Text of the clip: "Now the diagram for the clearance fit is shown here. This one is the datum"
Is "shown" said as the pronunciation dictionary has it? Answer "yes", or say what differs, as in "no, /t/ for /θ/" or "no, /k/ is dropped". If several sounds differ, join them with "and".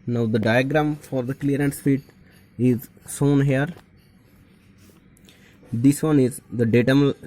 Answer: no, /s/ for /ʃ/